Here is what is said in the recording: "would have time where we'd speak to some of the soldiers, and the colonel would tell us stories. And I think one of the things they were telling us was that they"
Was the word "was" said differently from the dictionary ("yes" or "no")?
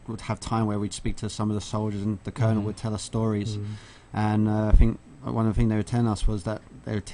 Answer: no